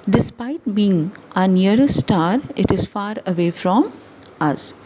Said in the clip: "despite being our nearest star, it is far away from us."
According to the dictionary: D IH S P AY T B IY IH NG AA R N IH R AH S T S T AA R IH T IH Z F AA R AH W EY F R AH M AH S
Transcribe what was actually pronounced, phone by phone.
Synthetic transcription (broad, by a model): D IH S P AY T B IY IH NG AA N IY AH T S T AA R IH T IH Z F AA R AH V EY F R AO M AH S